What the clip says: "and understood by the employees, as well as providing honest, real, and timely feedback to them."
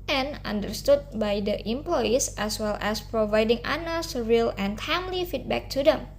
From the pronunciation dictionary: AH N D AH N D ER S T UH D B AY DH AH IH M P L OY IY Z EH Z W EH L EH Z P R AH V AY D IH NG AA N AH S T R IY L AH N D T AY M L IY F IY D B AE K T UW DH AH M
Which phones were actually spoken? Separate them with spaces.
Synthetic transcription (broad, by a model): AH N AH N D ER S T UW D B AY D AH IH M P L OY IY S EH S W EH L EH S P R AH V AY D IH NG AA N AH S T R IY L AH N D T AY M L IY F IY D B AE K T UW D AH M